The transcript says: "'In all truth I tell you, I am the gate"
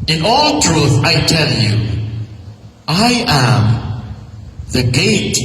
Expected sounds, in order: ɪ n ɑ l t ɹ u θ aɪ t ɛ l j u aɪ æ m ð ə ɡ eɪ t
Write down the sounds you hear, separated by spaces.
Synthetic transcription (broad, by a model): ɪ n ɑ l t ɹ u θ aɪ t ɛ l j u aɪ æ m ð ə ɡ eɪ t